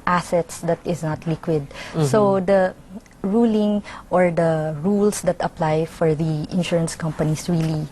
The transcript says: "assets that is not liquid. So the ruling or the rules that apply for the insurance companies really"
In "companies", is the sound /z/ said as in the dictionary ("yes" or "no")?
no